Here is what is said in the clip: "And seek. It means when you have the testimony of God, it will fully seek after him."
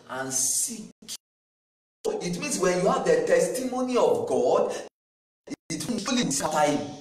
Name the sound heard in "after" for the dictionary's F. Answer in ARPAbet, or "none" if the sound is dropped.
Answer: none